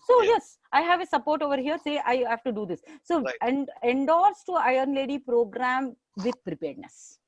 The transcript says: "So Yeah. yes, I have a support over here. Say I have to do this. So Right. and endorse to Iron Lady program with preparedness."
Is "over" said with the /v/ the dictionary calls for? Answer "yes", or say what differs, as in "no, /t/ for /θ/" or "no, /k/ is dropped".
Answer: yes